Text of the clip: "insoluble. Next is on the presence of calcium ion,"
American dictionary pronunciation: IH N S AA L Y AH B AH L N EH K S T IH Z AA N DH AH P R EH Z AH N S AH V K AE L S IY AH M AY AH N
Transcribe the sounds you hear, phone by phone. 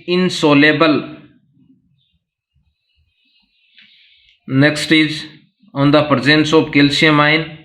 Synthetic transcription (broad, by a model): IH N S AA L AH B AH L N EH K S T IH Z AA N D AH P R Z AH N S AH P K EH L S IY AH M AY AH N